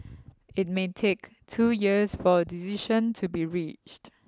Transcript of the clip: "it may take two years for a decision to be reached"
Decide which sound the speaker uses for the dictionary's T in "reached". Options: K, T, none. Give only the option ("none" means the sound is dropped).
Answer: T